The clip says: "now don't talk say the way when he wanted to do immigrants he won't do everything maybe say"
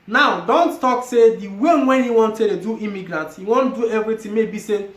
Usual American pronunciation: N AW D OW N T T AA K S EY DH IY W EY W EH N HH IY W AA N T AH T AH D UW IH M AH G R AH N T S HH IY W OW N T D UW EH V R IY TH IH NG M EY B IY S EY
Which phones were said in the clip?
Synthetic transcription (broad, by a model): N AW D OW N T T AA K S EY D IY W EY W EH N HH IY W AA N T AH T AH D UW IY M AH G R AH N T HH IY W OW N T D UW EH V R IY T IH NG M EY B IY S EY